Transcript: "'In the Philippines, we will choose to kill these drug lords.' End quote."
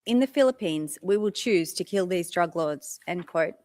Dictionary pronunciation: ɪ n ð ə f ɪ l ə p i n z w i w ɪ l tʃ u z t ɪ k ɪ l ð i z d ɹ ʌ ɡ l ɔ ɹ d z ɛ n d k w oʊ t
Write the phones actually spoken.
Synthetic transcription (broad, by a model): ɪ n ð ə f ɪ l ə p i n z w i w ɪ l tʃ u z t ɪ k ɪ l ð i z d ɹ ʌ ɡ l ɔ d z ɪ n k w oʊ t